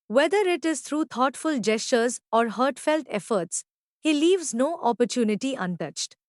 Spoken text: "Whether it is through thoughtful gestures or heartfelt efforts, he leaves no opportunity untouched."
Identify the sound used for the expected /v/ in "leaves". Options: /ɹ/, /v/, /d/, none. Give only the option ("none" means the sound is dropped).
/v/